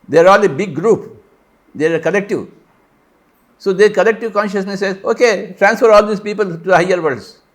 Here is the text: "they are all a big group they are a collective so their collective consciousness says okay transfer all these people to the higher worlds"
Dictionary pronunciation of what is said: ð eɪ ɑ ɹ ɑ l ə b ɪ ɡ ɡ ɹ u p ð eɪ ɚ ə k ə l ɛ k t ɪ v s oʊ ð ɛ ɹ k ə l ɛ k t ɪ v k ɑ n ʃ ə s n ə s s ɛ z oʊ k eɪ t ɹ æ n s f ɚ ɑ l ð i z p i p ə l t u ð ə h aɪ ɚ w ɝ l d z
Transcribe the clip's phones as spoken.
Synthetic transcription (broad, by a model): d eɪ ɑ ɹ ɑ l ə b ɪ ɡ ɡ ɹ u p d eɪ k ə l ɛ k t ɪ v s oʊ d ɛ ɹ k ə l ɛ k t ɪ v k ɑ n ʃ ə s n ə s s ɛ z oʊ k eɪ t ɹ æ n s f ɚ ɑ l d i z p i p ə l t u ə h aɪ ɚ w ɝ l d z